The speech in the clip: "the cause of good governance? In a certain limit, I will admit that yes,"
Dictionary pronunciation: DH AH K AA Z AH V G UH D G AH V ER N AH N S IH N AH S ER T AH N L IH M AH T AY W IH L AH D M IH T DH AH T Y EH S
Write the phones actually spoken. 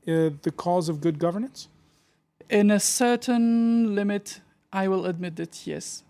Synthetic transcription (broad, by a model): DH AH K AA Z AH V G UH D G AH V ER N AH N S IH N AH S ER T AH N L IH M AH T AY W IH L AH D M IH T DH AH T Y EH S